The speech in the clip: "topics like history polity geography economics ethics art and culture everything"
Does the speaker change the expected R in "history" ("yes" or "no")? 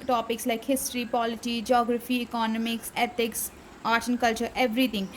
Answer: no